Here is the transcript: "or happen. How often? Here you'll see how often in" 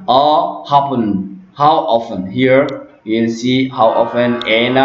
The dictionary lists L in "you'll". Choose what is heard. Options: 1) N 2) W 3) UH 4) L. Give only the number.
1